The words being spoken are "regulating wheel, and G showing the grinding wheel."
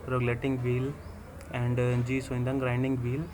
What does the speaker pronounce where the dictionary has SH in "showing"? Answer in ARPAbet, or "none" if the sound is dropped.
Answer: S